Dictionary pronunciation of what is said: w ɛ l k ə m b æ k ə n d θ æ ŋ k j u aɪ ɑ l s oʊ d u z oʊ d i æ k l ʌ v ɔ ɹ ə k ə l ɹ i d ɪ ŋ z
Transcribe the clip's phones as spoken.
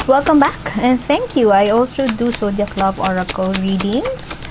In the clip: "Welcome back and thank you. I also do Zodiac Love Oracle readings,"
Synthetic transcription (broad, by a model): w ɛ l k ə m b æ k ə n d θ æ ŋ k j u aɪ ɑ l s oʊ d u s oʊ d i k l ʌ b ɔ ɹ ə k ə l ɹ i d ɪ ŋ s